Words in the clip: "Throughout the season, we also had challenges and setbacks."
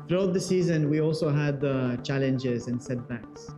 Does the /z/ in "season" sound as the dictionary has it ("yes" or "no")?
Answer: yes